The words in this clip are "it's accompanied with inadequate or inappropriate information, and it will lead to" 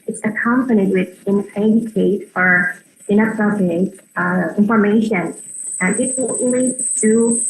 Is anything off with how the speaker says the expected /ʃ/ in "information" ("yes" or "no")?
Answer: yes